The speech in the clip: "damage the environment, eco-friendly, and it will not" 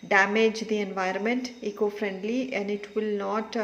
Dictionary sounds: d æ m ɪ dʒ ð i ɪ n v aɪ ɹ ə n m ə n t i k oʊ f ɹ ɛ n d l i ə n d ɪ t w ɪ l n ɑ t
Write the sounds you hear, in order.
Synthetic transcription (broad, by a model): d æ m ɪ dʒ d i ɪ n v aɪ ɹ ə n m ə n t i k oʊ f ɹ ɛ n d l i ə n d ɪ t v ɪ l n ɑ t